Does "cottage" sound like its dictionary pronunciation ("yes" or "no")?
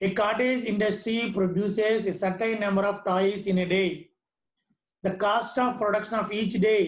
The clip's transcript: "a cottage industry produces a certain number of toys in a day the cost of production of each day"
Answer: no